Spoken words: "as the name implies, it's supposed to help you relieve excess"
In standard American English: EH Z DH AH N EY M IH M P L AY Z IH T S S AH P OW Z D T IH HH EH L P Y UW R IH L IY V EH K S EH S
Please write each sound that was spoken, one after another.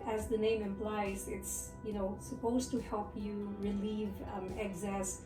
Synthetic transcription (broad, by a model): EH Z DH AH N EY M IH M P L AY Z IH T S S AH P OW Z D T IH HH EH L P Y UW R IH L IY V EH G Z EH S